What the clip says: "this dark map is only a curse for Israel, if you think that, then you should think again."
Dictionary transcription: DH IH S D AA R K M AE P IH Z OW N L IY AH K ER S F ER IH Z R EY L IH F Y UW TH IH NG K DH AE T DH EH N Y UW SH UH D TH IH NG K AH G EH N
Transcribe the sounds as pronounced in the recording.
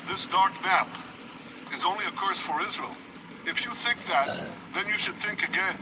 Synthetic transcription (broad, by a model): DH IH S D AA R K M AE P IH Z OW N L IY AH K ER S F ER IH Z R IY L IH F Y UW TH IH NG K DH AE T DH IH N Y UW SH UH D TH IH NG K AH G EH N